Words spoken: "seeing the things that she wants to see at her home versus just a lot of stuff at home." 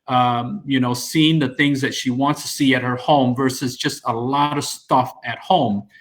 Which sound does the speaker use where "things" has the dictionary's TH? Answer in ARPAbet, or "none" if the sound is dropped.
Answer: TH